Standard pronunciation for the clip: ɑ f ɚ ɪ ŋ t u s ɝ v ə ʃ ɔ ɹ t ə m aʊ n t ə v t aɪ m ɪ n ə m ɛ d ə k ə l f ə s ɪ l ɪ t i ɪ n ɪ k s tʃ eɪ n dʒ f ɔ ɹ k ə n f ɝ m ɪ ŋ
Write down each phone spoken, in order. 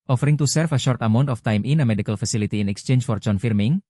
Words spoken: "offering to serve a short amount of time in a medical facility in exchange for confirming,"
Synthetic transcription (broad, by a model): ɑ f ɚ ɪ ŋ t u s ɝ f ə ʃ ɔ ɹ t ə m aʊ n t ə f t aɪ m ɪ n ə m ɛ d ə k ə l f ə s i l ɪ t i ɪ n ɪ k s tʃ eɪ n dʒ f ɔ ɹ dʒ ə n f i m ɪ ŋ